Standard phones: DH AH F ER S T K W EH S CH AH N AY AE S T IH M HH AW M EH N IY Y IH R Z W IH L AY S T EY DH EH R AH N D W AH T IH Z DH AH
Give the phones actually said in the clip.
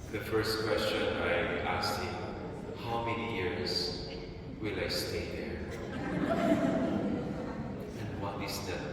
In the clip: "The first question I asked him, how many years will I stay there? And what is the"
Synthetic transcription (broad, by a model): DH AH F ER S T K W EH S CH AH N AY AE S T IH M HH AW M EH N IY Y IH R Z W IH L AY S T EY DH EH R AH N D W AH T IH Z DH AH